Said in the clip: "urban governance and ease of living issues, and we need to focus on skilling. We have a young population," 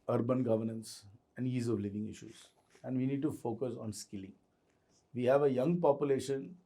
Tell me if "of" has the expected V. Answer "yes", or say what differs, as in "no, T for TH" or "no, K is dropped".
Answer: yes